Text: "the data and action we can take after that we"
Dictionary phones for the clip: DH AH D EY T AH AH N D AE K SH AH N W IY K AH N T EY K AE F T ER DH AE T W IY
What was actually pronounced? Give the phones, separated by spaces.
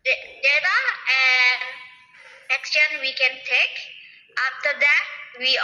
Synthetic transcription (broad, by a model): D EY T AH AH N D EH K S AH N W IY K AH N T EY K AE F T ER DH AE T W IY